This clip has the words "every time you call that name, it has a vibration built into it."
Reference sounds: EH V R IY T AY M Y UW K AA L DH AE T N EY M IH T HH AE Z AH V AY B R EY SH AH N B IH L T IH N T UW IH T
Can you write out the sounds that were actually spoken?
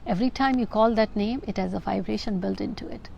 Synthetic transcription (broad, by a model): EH V R IY T AY M Y UW K AA L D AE T N EY M IH T HH AE Z AH V AY B R EY SH AH N B IH L T IH N T UW IH T